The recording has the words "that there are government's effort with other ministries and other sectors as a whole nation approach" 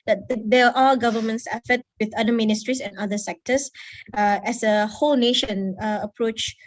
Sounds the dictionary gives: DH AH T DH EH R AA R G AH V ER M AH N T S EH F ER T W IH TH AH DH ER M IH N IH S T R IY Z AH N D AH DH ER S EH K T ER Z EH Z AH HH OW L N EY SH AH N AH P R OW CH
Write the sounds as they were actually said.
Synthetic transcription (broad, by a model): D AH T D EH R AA L G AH V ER M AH N T S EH F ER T W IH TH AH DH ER M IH N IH S T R IY S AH N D AH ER S EH K T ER S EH S AH HH OW L N EY SH AH N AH P R OW CH